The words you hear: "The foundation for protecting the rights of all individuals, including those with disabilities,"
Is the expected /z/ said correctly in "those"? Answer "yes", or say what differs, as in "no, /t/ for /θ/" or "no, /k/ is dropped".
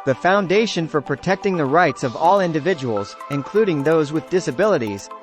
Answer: yes